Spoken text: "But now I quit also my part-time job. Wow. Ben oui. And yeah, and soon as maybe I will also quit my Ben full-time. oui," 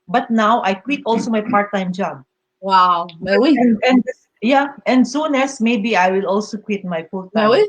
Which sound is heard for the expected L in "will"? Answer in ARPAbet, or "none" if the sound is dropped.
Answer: L